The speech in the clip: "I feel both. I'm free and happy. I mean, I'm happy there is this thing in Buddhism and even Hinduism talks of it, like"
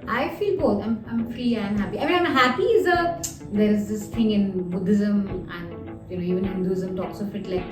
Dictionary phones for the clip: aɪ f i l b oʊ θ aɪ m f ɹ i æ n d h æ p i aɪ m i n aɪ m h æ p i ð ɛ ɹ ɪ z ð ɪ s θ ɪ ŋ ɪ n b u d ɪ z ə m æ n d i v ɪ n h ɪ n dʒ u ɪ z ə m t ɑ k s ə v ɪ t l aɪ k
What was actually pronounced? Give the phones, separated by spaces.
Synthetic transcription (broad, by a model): aɪ f i l b oʊ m aɪ m f ɹ i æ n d h æ p i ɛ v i aɪ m h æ p i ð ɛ ɹ ɪ z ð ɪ s t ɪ ŋ ɪ n b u d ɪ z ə m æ n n i v ɪ n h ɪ n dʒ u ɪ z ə m t ɑ k s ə f ɪ t l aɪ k